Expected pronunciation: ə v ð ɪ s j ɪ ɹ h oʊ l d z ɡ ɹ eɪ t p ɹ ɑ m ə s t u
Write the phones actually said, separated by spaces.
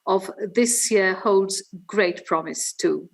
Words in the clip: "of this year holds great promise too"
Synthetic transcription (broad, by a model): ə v ð ɪ s j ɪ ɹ h oʊ l d z ɡ ɹ eɪ t p ɹ ɑ m ə s t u